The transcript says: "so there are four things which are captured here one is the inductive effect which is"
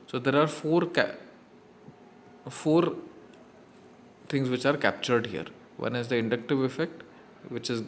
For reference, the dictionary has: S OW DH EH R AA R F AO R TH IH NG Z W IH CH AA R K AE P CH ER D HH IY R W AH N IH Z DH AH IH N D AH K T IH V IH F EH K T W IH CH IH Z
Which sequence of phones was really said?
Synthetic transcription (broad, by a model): S OW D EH R AA R F AO R F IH NG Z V IH CH AA R K AE P CH ER D HH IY R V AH N IH Z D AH IH N D AH K T IH V IH F EH K T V IH CH IH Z